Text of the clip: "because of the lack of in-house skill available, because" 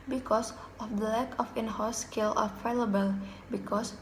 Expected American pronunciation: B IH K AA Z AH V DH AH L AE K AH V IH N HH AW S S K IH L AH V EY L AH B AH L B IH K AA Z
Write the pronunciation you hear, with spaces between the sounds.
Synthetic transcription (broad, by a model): B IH K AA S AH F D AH L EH K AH F IH N HH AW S S K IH L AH F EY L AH B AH L B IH K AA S